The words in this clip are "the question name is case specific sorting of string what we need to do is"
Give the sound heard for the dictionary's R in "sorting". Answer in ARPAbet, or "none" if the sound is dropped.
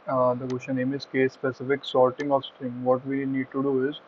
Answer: L